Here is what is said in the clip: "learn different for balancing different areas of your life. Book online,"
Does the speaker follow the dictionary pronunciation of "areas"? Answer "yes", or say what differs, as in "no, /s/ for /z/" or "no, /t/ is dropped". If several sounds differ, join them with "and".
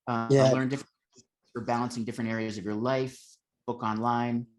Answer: yes